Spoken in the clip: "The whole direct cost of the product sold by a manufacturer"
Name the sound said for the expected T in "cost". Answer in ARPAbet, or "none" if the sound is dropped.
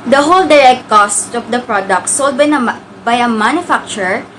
T